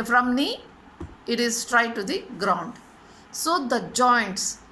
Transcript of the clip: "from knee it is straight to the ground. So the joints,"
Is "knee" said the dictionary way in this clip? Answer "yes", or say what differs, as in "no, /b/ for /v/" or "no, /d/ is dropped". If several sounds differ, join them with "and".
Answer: yes